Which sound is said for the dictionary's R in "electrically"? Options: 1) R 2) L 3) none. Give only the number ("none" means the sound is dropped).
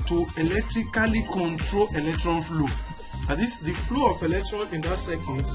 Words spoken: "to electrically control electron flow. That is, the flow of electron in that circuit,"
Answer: 1